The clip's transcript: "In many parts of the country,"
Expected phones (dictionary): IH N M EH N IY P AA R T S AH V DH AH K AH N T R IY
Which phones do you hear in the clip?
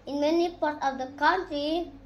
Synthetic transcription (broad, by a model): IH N M EH N IY P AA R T AH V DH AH K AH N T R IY